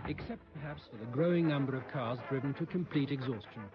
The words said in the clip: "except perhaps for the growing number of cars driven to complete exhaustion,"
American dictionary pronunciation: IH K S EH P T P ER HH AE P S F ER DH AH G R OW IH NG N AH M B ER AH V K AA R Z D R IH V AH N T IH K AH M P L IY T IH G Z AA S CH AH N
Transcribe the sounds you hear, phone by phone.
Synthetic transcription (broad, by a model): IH K S EH P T P ER HH AE P S F ER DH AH G R OW IH NG N AH M B ER AH V K AA R Z D R IH V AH N T IH K AH M P L IY T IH G Z AA S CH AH N